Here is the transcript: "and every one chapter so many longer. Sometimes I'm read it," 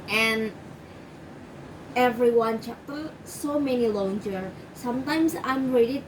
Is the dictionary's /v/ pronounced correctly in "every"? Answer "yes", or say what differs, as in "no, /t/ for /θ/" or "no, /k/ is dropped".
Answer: yes